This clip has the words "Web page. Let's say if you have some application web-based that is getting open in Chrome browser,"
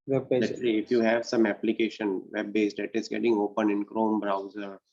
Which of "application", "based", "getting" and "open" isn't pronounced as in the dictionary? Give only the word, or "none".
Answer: none